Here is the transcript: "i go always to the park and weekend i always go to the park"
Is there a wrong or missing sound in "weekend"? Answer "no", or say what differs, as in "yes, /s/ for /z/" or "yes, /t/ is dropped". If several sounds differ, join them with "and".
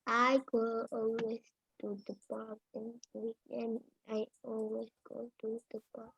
yes, /d/ is dropped